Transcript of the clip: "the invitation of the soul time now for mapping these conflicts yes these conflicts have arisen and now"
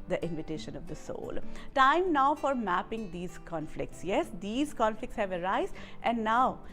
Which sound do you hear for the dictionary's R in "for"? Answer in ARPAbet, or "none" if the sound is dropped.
R